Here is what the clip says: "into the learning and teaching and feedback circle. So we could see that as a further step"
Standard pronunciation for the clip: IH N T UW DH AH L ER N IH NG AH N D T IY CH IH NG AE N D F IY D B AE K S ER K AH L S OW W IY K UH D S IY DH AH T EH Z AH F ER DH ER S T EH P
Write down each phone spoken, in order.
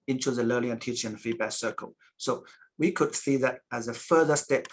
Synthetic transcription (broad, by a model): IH N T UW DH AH L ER L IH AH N T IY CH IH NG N F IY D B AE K S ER K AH L S OW W IY K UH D S IY DH AH T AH Z AH F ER DH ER S T EH P